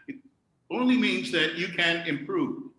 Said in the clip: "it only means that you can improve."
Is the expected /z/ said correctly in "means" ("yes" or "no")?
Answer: yes